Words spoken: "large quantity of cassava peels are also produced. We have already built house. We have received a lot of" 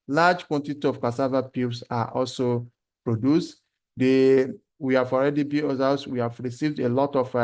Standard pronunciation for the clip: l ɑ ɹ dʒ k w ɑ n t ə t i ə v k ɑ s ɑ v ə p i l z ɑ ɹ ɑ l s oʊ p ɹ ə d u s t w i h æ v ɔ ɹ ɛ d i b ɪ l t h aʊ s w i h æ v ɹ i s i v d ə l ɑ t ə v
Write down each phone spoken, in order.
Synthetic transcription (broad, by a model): l ɑ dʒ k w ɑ n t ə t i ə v k ɑ s ɑ v ə p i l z ɑ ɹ ɑ l s oʊ p ɹ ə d u s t w i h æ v ɔ ɹ ɛ d i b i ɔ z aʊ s w i h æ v ɹ i s i v d ə l ɑ t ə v